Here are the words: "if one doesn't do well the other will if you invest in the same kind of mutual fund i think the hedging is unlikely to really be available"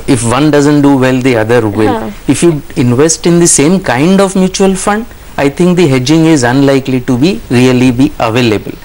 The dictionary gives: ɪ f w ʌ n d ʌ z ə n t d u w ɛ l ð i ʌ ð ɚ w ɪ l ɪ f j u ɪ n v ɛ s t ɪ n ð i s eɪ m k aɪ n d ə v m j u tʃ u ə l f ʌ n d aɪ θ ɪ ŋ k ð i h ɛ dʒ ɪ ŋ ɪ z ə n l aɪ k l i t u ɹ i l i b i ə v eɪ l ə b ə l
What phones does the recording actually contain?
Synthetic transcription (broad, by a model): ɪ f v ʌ n d ʌ z ə n t d u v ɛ l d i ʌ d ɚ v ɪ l ɪ f j u ɪ n v ɛ s t ɪ n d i s eɪ m k aɪ n d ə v m j u tʃ u ə l f ʌ n d aɪ t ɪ ŋ k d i h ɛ dʒ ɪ ŋ ɪ z ə n l aɪ k l i t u ɹ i l i b i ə v eɪ l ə b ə l